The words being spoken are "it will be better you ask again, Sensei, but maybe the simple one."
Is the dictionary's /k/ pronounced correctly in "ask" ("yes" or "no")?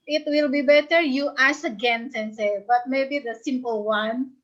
no